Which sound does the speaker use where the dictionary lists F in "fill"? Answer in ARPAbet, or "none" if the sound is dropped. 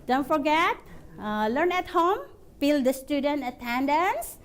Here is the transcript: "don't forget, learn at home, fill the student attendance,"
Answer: P